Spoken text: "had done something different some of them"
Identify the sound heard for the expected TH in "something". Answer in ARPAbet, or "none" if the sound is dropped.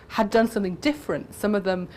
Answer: TH